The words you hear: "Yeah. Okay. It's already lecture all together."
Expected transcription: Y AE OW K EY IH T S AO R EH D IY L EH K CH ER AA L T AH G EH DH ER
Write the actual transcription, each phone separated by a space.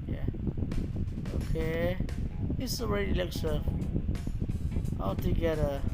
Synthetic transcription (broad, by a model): Y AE OW K EY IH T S AO R EH D IY L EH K S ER AA L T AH G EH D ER